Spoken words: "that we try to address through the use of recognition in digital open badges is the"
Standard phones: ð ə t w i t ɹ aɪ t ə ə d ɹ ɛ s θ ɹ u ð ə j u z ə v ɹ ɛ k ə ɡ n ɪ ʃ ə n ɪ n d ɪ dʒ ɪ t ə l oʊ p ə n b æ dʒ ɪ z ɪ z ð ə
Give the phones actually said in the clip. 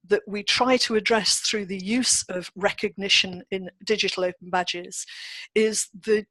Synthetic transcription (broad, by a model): ð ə t w i t ɹ aɪ t ə ə d ɹ ɛ s θ ɹ u ð ə j u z ə v ɹ ɛ k ə ɡ n ɪ ʃ ə n ɪ n d ɪ dʒ ɪ t ə l oʊ p ə n b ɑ dʒ ɪ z ɪ z ð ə